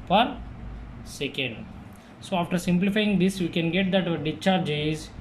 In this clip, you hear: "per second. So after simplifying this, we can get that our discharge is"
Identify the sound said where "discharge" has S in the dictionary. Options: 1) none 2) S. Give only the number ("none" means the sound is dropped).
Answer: 1